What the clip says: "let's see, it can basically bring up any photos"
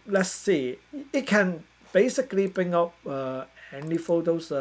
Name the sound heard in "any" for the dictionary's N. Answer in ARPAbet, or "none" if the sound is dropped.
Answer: L